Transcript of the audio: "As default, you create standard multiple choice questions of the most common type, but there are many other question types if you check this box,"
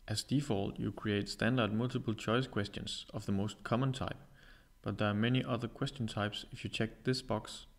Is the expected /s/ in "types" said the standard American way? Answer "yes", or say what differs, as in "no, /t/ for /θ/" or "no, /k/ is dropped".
yes